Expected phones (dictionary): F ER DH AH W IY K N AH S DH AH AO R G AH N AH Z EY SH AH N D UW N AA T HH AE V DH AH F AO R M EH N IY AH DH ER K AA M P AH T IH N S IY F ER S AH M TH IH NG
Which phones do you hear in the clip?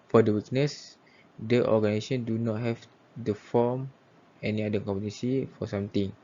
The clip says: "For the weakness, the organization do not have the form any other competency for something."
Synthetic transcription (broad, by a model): F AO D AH W IY K N AH S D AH AO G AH N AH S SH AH N D UW N AA T HH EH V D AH F AO M EH N IY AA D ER K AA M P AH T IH S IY F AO S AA M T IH NG